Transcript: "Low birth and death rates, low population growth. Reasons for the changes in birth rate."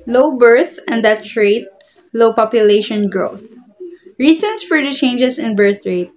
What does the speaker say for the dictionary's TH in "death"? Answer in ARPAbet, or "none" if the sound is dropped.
T